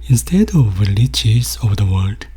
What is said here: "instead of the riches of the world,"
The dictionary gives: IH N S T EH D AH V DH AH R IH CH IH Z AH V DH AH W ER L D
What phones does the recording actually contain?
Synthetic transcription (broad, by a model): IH N S T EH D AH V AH L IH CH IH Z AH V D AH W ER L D